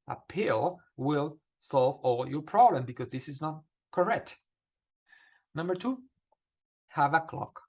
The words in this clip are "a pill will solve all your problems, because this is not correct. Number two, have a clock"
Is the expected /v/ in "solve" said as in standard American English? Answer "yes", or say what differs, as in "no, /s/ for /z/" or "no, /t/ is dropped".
yes